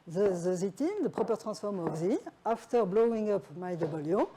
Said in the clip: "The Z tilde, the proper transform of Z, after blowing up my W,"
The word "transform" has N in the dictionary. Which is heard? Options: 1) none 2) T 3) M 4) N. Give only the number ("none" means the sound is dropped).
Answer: 1